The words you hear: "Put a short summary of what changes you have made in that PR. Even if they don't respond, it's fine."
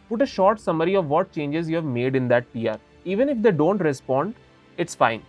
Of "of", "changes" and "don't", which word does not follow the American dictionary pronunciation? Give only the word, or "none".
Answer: none